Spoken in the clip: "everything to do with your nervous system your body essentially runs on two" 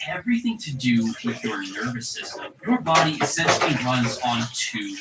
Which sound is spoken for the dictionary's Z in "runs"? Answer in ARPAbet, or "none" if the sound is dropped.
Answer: Z